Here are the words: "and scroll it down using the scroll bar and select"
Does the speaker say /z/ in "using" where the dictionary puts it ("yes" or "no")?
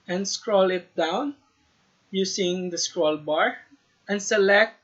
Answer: no